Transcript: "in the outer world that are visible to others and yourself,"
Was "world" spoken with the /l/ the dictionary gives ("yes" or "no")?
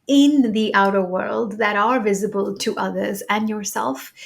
yes